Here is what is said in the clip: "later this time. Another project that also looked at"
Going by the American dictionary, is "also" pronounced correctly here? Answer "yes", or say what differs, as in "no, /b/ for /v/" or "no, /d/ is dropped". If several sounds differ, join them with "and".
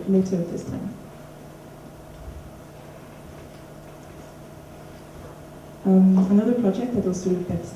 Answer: yes